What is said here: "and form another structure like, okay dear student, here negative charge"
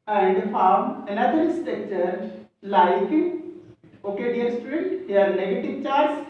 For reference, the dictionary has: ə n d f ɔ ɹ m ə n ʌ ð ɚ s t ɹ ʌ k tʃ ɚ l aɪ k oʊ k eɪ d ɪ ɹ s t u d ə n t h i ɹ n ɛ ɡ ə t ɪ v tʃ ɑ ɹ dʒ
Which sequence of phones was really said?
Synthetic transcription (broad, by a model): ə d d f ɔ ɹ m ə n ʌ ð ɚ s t ʌ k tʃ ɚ l aɪ k oʊ k eɪ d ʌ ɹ s t u d ə n t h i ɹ n ɛ ɡ ə t ɪ v tʃ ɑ ɹ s